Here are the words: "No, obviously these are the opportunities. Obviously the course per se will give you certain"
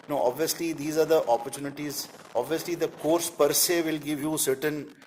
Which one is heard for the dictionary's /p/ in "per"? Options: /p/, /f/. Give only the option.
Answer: /p/